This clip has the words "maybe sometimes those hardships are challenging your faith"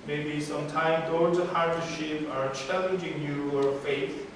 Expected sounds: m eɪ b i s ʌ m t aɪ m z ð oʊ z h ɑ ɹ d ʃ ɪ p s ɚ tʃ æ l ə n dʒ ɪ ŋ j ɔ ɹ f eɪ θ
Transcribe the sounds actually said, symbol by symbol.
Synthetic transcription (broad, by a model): m eɪ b i s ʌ m t aɪ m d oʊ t h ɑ ɹ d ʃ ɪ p ɚ tʃ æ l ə n dʒ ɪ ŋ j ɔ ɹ f eɪ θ